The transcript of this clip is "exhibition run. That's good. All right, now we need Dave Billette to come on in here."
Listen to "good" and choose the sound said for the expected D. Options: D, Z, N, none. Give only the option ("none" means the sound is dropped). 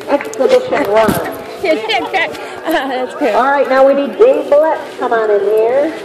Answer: none